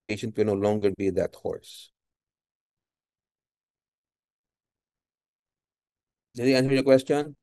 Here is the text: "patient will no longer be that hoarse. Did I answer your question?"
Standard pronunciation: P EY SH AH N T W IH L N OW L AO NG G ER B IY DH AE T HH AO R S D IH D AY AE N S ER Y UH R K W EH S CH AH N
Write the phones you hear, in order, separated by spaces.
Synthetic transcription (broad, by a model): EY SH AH N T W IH N OW L AO NG G ER B IY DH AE T HH AO R S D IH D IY AE N S ER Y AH K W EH S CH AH N